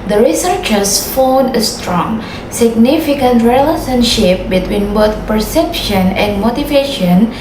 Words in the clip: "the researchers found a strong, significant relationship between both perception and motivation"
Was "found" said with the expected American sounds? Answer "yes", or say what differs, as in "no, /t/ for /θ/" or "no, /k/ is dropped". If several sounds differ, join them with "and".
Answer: no, /d/ is dropped